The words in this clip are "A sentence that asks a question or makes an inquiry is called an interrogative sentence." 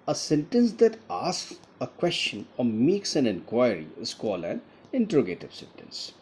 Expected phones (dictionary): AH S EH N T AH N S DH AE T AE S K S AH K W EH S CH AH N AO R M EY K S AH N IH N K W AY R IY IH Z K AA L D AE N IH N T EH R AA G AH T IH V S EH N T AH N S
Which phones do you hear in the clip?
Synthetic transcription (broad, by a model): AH S EH N T AH N S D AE T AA S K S AH K W EH S CH AH N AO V M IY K S AH N IH N K W AY R IY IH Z K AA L AE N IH N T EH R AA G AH T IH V S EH N T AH N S